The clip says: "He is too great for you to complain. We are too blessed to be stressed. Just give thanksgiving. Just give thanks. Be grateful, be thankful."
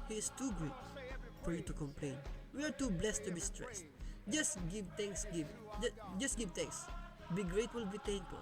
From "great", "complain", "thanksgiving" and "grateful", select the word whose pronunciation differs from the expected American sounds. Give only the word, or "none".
thanksgiving